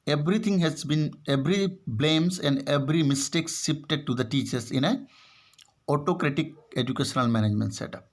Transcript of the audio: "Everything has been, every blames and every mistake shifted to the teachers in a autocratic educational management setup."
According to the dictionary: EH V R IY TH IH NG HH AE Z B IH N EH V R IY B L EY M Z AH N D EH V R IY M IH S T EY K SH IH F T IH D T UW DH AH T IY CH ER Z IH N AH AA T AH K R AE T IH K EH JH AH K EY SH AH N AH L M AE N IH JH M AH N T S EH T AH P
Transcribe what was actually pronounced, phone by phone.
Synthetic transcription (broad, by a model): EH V R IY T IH NG HH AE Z B IH N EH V R IY B L EY M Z AH N D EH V R IY M IH S T EY K S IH P T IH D T UW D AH T IY CH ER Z IH N AH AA T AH K R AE T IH K EH JH AH K EY SH AH N AH L M AE N IH JH M AH N T S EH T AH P